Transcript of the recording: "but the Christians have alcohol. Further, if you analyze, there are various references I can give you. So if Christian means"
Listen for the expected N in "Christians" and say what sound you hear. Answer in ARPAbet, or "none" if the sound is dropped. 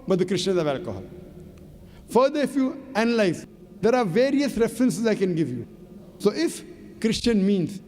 none